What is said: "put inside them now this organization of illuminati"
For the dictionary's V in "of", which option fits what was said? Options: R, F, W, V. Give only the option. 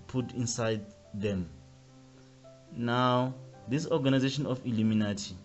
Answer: F